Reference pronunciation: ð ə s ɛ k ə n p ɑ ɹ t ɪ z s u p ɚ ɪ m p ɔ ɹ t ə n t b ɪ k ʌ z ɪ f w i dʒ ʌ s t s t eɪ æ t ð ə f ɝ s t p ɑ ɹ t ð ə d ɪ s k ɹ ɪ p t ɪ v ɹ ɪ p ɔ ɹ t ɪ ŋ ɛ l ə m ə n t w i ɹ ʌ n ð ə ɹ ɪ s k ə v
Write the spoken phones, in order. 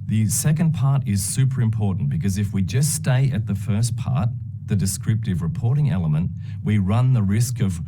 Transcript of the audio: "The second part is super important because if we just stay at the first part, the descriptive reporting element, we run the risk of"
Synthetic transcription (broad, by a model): ð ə s ɛ k ə n p ɑ ɹ t ɪ z s u p ɚ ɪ m p ɔ ɹ t n b ɪ k ʌ z ɪ f w i dʒ ʌ s t s t eɪ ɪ t ð ə f ɝ s p ɑ ɹ t ð ə d ɪ s k ɹ ɪ p t ɪ v ɹ ɪ p ɔ ɹ t ɪ ŋ ɛ l ə m ə n t w i ɹ ʌ n ð ə ɹ ɪ s k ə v